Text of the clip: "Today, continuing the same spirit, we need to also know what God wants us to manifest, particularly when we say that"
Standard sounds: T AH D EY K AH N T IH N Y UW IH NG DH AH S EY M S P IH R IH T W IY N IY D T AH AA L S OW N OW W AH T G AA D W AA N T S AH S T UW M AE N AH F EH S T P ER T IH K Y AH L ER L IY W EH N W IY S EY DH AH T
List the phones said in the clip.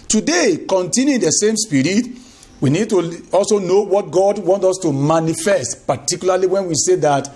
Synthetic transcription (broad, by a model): T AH D EY K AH N T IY N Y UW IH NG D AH S EY M S P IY R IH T W IY N IY D T AH AA L S OW N OW W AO T G AA D W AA N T AO S T UW M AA N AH F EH S T P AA T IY K Y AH L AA L IY W EH N W IY S EY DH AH T